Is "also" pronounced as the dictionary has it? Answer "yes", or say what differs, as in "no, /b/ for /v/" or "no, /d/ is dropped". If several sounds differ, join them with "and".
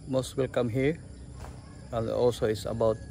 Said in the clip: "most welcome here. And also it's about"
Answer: no, /l/ is dropped